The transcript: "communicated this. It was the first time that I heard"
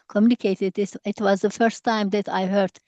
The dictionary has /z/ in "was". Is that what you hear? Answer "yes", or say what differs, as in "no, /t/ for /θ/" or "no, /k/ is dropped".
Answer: yes